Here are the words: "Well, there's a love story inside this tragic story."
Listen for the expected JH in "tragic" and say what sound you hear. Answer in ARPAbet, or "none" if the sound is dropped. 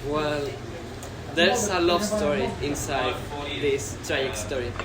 none